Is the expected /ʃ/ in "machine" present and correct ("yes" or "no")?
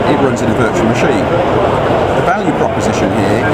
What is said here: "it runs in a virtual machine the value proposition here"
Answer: yes